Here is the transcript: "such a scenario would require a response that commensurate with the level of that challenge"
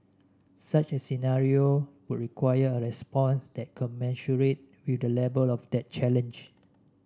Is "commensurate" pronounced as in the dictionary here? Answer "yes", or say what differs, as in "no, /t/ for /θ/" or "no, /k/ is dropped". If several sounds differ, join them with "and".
no, /ʃ/ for /s/